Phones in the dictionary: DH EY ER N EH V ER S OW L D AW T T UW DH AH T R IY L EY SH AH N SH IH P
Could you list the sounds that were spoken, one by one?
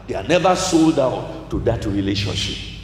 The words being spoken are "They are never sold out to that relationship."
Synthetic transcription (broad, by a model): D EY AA N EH V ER S OW L D AW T T UW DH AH T R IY L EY SH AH N SH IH P